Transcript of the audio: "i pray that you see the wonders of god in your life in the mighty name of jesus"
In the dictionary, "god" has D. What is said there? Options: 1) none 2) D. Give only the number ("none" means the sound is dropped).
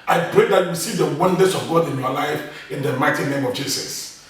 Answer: 2